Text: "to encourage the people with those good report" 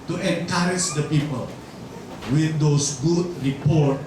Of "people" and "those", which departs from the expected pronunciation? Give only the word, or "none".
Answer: those